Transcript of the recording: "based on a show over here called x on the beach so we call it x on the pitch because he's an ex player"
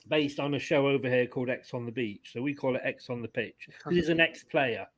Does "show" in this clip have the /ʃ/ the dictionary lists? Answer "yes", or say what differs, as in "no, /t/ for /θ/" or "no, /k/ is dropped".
yes